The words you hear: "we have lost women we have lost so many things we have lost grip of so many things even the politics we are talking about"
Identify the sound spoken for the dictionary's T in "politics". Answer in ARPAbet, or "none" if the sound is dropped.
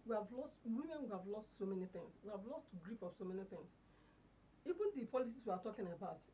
S